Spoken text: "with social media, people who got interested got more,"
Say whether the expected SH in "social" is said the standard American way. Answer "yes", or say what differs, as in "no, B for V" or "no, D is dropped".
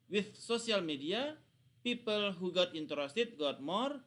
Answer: no, S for SH